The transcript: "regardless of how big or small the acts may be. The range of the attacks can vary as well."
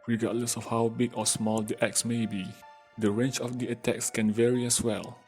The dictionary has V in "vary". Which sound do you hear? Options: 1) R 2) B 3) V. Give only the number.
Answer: 3